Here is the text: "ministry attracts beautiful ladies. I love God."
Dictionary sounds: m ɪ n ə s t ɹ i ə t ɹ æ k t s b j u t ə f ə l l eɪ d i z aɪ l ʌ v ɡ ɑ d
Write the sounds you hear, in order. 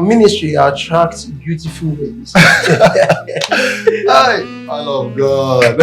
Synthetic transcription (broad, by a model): m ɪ n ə s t ɹ i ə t ɹ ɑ k t b j u t ə f ə l w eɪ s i aɪ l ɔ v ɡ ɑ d